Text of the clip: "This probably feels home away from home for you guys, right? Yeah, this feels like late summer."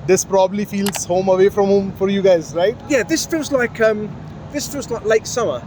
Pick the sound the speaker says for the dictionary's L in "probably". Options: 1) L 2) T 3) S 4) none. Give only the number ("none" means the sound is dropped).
1